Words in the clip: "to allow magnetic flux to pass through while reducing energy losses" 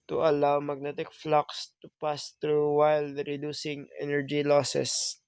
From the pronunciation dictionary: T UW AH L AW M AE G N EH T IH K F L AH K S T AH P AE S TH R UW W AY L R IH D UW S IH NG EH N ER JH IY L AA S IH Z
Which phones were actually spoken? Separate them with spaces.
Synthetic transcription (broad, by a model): T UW AH L AW M AE G N EH T IH K F L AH K S T AH P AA S T R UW W AY L R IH D UW S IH NG EH N ER JH IY L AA S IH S